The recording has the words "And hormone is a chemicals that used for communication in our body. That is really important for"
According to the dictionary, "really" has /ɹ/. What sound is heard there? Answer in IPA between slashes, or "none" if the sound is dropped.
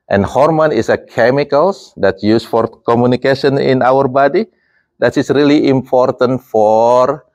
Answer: /ɹ/